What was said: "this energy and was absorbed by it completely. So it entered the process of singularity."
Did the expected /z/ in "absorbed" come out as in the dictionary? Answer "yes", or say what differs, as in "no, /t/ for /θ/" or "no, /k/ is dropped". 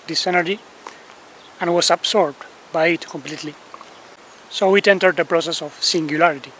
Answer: no, /s/ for /z/